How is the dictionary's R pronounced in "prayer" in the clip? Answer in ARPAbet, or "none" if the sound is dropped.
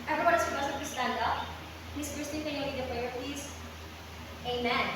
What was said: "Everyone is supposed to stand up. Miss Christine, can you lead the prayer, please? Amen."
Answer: L